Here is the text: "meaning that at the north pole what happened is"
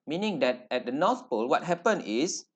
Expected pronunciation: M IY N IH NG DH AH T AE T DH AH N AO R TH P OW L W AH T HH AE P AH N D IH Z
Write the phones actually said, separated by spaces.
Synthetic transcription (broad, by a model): M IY N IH NG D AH T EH T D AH N AO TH P OW L W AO T HH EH P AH N IH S